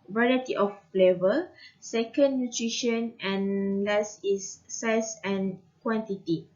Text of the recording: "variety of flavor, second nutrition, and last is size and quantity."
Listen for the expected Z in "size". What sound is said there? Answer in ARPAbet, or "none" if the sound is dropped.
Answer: S